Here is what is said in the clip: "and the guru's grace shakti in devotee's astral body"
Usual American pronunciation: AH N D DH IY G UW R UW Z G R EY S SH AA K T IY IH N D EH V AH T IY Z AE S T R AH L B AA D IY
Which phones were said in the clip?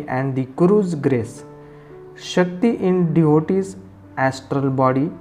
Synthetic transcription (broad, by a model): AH N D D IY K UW R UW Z G R EY S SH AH K T IY IH N D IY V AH T IY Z AE S T R AH L B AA D IY